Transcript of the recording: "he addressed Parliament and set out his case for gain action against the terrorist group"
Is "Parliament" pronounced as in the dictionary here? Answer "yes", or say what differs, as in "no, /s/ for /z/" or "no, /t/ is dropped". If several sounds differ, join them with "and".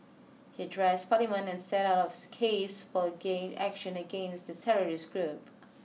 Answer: no, /t/ is dropped